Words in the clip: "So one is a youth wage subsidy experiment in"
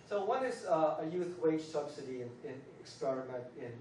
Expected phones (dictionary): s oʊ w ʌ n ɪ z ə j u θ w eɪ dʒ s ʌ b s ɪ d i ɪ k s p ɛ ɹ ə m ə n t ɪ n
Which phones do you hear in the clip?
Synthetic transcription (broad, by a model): s oʊ w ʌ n ɪ z ə j u θ w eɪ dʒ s ʌ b s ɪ d i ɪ k s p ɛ ɹ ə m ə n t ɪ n